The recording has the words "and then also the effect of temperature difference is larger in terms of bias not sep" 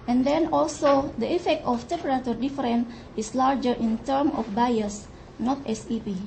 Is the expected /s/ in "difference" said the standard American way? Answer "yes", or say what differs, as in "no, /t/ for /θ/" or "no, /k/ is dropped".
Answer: no, /s/ is dropped